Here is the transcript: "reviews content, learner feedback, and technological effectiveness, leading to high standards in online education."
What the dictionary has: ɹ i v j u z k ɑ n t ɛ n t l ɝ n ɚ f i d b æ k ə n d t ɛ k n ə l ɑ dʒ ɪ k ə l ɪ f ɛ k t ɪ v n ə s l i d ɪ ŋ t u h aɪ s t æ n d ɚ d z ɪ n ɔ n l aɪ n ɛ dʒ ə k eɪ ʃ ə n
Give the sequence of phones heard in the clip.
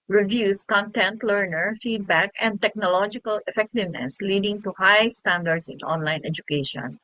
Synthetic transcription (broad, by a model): ɹ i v j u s k ɑ n t ɛ n t l ɝ n ɚ f i d b æ k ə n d t ɛ k n ə l ɑ dʒ ɪ k ə l ɪ f ɛ k t ɪ v n ə s l i d ɪ ŋ t u h aɪ s t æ n d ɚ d s ɪ n ɔ n l aɪ n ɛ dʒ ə k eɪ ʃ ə n